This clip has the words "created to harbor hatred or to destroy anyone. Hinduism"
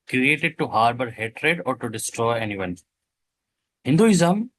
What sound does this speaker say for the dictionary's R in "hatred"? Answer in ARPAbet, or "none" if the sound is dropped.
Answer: R